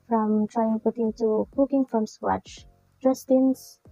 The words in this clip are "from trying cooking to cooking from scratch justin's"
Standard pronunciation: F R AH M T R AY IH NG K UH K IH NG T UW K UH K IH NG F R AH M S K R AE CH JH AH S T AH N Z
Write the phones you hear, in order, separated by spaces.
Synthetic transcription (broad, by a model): F R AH M T R AY IH NG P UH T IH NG T UW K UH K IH NG F R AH M S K W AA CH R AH S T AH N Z